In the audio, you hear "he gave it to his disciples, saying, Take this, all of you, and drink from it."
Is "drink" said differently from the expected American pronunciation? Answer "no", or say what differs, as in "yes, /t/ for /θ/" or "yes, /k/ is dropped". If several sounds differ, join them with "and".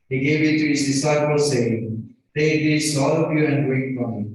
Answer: yes, /ŋ/ is dropped